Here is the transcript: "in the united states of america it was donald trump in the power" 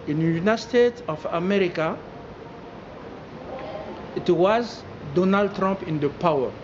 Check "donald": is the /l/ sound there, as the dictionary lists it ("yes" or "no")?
yes